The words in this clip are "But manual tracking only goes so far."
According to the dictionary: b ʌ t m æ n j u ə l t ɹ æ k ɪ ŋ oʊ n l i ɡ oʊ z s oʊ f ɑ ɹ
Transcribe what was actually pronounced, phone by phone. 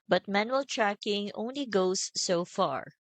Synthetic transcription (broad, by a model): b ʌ t m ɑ n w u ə l t ɹ æ k ɪ ŋ oʊ n l i ɡ oʊ s oʊ f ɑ ɹ